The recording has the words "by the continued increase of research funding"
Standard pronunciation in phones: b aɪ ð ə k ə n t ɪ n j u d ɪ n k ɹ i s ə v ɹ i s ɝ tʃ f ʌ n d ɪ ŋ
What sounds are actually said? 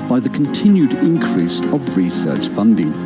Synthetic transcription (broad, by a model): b aɪ ð ə k ə n t ɪ n j u d ɪ n k ɹ i s ə v ɹ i s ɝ tʃ f ʌ n d ɪ ŋ